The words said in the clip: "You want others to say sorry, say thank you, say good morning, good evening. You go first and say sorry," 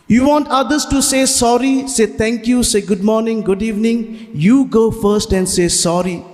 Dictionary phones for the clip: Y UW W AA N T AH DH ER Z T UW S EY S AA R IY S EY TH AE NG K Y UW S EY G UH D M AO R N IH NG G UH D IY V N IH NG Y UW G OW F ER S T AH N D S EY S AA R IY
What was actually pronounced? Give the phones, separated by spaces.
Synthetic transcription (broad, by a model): Y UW W AA N T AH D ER S T UW S EY S AA R IY S EY T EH NG K Y UW S EY G UH D M AO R N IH NG G UH D IY V N IH NG Y UW G OW F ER S T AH N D S EY S AA R IY